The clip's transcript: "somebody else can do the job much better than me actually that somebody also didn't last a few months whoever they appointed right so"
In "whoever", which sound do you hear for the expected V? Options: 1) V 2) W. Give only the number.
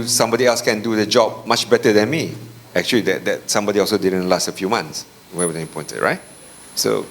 2